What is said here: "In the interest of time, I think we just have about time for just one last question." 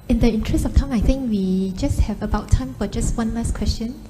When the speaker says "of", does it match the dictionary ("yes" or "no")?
no